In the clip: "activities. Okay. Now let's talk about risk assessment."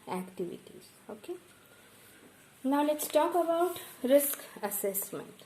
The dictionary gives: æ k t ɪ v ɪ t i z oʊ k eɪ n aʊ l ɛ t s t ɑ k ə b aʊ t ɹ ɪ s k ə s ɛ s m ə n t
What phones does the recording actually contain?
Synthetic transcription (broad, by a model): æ k t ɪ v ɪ t i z oʊ k eɪ n aʊ l ɛ t s t ɑ k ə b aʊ t ɹ ɪ s k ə s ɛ s m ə n t